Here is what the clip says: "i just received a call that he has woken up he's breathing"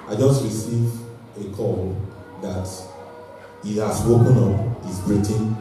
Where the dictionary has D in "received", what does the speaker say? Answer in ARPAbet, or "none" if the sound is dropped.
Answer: none